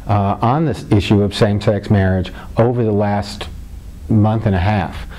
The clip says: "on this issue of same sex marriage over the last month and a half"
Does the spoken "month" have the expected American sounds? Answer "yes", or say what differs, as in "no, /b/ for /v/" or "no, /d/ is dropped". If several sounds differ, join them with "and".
yes